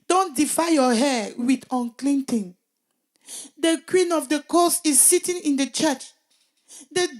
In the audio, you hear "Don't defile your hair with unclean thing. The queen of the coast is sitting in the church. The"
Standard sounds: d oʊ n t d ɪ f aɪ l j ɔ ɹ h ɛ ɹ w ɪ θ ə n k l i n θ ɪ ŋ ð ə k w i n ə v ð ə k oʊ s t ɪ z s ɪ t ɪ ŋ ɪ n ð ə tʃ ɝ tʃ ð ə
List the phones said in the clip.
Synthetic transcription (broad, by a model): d oʊ n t d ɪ f aɪ j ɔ h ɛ w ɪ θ ə n k l i n t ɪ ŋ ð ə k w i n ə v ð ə k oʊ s ɪ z s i t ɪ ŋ ɪ n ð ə tʃ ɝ tʃ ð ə